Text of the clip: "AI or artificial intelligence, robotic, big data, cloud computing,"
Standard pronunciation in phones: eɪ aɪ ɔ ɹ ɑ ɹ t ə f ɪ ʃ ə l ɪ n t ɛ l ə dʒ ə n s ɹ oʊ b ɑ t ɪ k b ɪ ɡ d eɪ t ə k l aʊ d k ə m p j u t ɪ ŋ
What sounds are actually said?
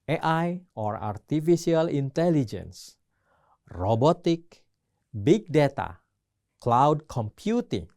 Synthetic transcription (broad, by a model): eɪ aɪ ɔ ɹ ɑ ɹ t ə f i s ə l ɪ n t ɛ l ə dʒ ə n s ɹ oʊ b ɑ t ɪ k b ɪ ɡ d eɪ t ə k l aʊ d k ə m p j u t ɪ ŋ